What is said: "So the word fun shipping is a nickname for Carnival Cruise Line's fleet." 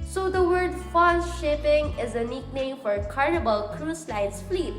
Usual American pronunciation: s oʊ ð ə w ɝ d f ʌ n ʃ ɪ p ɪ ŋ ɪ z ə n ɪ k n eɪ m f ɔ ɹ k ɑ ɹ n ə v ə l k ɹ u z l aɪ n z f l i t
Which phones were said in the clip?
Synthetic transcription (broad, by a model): s oʊ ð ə w ɝ d f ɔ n ʃ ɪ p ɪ ŋ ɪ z ə n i k n eɪ m f ɔ ɹ k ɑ ɹ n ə b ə l k ɹ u s l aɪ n s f l i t